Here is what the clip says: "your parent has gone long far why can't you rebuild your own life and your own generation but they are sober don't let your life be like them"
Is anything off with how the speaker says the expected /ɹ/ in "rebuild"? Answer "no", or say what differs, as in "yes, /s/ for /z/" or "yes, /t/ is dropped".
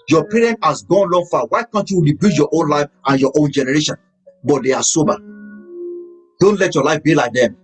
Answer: yes, /w/ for /ɹ/